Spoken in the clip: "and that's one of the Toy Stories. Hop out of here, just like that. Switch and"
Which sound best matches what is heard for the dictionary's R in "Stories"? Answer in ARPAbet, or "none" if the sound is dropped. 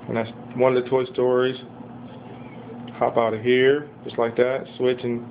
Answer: R